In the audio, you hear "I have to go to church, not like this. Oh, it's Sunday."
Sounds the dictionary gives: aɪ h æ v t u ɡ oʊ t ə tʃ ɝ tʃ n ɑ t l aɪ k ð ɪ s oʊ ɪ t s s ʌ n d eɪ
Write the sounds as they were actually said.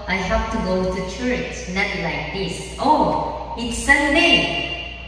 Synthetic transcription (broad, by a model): aɪ h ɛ p t u ɡ oʊ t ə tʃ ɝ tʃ n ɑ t l aɪ k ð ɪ s oʊ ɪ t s s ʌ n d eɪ